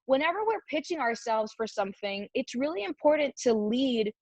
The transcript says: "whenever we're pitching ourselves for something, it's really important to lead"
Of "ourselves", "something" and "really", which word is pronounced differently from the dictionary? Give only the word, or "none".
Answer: none